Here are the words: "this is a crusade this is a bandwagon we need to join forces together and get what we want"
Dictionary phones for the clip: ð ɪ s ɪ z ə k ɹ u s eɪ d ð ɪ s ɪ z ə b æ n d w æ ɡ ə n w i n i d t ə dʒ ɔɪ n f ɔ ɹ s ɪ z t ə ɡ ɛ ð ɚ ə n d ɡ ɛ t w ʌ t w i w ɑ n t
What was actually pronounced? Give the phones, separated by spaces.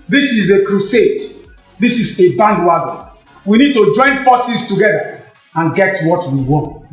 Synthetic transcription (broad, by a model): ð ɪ s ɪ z ə k ɹ u s eɪ d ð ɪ s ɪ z ə b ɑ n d w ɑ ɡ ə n w i n i d t ə dʒ ɔɪ n f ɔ s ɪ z t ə ɡ ɛ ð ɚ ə n ɡ ɛ t w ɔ t w i w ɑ n t